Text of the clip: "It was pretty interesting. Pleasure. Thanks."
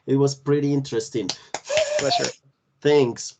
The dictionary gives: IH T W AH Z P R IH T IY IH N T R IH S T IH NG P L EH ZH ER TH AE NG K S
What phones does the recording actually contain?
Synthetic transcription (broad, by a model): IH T W AH Z P R IH T IY IH N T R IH S T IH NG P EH SH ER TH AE NG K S